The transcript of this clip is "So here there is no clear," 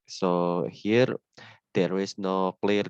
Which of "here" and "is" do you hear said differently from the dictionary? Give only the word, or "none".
is